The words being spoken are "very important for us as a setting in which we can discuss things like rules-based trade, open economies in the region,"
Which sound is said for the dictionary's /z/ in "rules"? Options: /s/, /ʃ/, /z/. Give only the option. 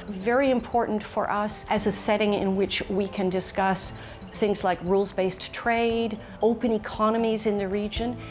/z/